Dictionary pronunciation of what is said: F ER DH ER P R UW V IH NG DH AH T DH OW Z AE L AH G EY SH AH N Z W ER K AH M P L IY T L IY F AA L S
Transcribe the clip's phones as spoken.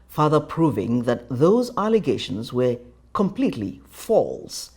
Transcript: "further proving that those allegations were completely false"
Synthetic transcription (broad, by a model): F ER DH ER P R UW V IH NG DH AH T DH OW Z AE L AH G EY SH AH N Z W ER K AH M P L IY T L IY F AA L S